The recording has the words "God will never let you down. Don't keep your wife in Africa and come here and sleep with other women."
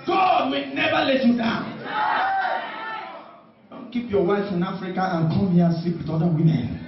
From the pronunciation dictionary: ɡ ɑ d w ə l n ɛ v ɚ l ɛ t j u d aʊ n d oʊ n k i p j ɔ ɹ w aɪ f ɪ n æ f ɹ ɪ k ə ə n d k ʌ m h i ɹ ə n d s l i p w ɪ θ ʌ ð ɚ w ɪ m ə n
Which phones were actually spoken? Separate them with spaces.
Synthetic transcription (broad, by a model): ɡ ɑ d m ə n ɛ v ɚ l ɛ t j u d aʊ n d oʊ n k i p j ɔ w aɪ f ɪ n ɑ f ɹ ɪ k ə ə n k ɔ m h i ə s i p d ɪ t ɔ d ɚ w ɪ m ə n